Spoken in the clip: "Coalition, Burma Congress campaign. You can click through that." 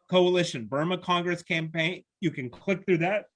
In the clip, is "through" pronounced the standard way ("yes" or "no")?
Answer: yes